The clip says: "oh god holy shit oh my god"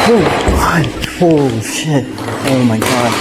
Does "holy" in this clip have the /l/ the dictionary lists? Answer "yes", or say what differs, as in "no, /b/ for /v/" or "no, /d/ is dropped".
no, /l/ is dropped